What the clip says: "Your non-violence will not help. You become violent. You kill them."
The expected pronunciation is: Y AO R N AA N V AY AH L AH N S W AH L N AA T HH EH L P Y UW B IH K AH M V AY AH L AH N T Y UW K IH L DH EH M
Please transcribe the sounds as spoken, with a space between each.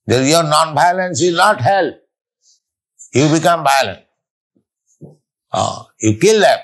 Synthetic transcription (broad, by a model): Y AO R N AA N B AY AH L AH N S W AH L N AA T HH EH L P Y UW B IH K AH M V AY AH L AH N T Y UW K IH L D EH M